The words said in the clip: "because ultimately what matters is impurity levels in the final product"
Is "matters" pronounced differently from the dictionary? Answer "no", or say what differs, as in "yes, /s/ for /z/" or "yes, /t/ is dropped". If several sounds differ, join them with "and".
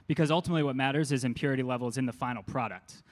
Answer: no